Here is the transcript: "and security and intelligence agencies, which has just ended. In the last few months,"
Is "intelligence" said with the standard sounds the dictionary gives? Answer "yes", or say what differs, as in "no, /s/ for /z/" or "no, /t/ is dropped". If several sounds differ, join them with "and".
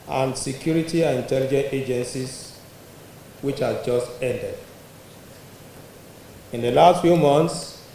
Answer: no, /s/ is dropped